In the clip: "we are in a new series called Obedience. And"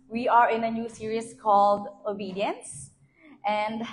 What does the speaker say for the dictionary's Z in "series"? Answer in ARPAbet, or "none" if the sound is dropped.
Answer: S